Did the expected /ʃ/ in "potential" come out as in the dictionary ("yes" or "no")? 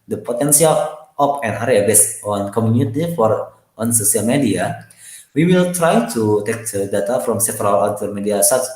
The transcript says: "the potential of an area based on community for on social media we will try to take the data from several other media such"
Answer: no